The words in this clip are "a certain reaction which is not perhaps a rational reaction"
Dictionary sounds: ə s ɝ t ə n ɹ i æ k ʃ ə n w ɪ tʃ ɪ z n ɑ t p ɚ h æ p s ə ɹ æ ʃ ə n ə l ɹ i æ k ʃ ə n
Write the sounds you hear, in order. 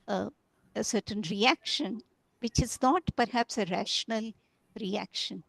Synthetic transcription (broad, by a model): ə s ɝ t ə n ɹ i æ k ʃ ə n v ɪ tʃ ɪ z n ɑ t p ɚ h æ p s ə ɹ æ ʃ ə n ə l ɹ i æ k ʃ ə n